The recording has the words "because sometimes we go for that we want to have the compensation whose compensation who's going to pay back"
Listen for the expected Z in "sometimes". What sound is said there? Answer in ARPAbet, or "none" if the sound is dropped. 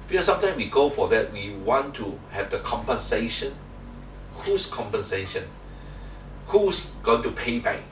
none